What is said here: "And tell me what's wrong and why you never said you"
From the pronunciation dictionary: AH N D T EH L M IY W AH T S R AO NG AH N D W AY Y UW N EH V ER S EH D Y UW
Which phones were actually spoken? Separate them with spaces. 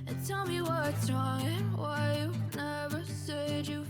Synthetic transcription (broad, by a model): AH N T EH L M IY W AH T S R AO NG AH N W AY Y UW N EH V ER S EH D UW